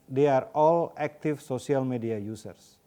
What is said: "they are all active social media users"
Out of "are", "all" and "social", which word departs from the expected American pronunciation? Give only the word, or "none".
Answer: social